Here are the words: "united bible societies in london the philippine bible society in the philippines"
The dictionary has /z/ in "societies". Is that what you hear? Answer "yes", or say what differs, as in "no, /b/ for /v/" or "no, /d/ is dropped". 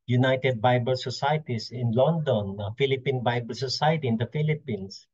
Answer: no, /s/ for /z/